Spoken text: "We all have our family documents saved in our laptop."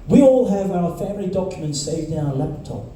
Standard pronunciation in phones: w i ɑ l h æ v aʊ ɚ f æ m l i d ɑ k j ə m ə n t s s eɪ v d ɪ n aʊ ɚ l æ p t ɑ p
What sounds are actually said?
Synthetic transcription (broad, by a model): w i ɑ l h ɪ v aʊ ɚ f æ m l i d ɑ k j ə m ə n t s s eɪ v d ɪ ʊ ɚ l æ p t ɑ p